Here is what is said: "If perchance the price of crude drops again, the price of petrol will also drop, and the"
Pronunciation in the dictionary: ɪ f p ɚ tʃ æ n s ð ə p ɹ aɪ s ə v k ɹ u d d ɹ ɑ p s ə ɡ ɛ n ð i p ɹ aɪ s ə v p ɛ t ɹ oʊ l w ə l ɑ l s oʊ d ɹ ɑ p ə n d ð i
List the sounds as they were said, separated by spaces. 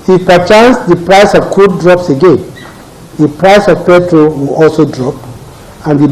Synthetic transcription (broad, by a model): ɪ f p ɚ tʃ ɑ n s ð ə p ɹ aɪ s ə v k u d d ɹ ɑ p s ə ɡ ɛ n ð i p ɹ aɪ s ə v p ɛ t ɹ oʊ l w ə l ɑ l s oʊ d ɹ ɑ p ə n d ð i